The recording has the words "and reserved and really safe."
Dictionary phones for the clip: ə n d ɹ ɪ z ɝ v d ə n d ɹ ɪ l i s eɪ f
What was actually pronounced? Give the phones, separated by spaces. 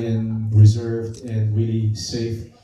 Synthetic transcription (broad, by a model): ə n ɹ ɪ z ɝ v d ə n ɹ ɪ l i s eɪ f